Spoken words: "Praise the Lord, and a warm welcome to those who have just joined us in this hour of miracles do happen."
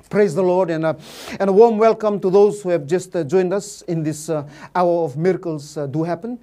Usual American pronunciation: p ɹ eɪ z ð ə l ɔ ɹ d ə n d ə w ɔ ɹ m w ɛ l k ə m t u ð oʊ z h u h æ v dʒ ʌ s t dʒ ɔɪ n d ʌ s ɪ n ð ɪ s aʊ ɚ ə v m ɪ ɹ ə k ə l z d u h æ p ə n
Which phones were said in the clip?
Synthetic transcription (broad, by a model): p ɹ eɪ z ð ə l ɔ ɹ d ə n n ə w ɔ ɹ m w ɛ l k ə m t u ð oʊ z h u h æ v dʒ ʌ s t dʒ ɔɪ n d ʌ s ɪ n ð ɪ s aʊ ɚ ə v m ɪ ɹ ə k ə l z d u h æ p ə n